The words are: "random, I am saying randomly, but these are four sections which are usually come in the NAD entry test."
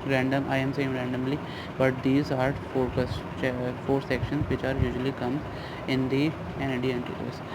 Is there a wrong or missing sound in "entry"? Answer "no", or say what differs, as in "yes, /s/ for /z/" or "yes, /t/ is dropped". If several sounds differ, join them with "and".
yes, /ɹ/ is dropped